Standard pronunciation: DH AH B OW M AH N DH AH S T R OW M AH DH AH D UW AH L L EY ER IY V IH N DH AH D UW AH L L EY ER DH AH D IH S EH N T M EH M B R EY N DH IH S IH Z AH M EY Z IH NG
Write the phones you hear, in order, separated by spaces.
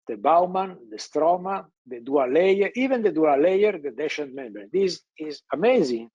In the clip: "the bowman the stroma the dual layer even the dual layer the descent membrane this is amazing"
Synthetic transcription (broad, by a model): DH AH B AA M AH N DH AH S T R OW M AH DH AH D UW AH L L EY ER IY V IH N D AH D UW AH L L EY ER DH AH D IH SH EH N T M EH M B EY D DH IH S IH Z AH M EY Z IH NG